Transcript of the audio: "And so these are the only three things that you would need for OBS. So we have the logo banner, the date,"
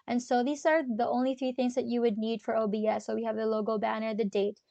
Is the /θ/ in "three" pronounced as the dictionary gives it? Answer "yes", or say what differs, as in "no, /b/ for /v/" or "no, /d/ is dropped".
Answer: yes